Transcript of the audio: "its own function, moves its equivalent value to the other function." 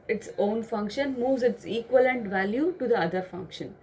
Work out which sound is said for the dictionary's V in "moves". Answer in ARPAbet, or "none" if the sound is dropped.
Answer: V